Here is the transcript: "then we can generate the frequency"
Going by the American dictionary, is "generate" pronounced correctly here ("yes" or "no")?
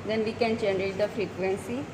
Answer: no